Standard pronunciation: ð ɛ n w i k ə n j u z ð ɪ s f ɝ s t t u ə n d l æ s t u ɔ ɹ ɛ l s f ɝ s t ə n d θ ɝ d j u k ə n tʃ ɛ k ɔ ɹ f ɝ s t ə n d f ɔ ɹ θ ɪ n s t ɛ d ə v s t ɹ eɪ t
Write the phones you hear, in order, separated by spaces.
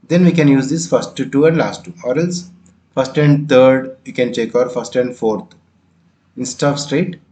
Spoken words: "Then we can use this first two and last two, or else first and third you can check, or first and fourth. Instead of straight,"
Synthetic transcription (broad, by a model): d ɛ n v i k ə n j u z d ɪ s f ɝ s t t u ə n d l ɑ s t u ɔ ɹ ɛ l s f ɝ s t ə n d t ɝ d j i k ə n tʃ ɛ k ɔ ɹ f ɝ s t ə n d f ɔ ɹ t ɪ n s t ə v s t ɹ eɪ t